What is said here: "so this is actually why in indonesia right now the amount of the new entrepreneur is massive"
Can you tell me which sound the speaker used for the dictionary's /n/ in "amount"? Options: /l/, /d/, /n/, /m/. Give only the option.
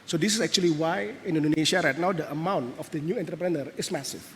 /n/